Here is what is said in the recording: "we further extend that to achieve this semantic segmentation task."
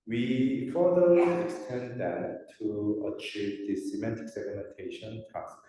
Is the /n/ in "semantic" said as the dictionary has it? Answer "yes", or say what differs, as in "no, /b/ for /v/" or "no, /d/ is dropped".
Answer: no, /n/ is dropped